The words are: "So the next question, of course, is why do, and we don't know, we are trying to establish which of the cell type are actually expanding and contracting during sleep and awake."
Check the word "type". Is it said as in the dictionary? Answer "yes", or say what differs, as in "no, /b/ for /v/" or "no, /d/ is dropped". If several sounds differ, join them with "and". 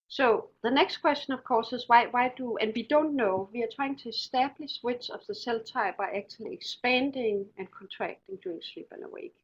no, /b/ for /p/